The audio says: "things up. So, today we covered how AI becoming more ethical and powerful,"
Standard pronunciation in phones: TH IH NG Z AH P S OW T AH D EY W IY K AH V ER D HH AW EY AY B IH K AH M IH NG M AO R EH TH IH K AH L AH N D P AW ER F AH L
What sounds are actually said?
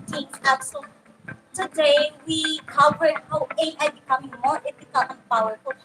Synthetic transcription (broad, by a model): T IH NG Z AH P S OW T AH D EY W IY K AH V ER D HH AW EY AY B IH K AH M IH NG M AO R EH F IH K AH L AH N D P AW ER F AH